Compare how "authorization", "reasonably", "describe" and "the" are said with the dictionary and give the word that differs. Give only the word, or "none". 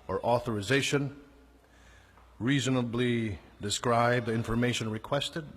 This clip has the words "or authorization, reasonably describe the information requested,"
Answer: none